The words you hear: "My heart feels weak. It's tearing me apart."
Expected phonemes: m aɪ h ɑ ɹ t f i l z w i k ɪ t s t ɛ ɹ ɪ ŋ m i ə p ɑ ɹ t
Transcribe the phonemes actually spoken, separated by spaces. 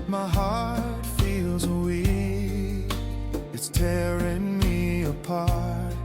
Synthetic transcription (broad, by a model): m aɪ h ɑ ɹ t f i l z w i ɪ t s t ɛ ɹ ɪ ŋ m i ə p ɑ ɹ t